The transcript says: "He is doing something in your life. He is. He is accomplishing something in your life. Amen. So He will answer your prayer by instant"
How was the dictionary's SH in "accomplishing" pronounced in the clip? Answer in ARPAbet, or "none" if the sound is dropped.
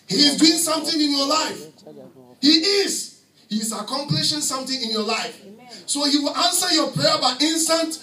SH